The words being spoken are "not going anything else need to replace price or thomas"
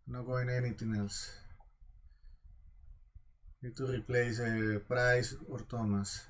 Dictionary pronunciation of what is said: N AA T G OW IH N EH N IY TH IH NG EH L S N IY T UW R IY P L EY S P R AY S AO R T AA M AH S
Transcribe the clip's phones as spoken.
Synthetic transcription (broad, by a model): N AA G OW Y N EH N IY T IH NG EH L S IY T UW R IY P L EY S P R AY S AO R T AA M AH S